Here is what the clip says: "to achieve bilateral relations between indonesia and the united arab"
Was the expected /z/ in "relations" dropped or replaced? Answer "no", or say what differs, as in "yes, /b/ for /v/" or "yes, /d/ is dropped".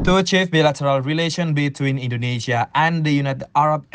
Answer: yes, /z/ is dropped